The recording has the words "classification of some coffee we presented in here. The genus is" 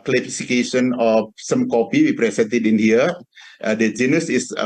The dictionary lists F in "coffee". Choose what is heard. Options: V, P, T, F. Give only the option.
P